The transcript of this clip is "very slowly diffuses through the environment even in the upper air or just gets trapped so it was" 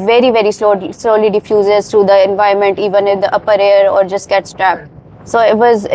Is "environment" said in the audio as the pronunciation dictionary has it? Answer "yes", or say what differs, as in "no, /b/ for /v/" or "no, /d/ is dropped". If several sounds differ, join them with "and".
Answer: no, /ɹ/ is dropped